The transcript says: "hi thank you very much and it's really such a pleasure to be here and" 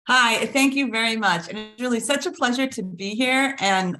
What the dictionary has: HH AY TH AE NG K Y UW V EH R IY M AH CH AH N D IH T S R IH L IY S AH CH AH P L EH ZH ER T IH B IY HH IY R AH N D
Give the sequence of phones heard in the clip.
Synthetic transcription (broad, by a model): HH AY TH AE NG K Y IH V EH R IY M AH CH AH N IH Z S R IH L IY S AH CH AH P L EH ZH ER T IH B IY HH IY R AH N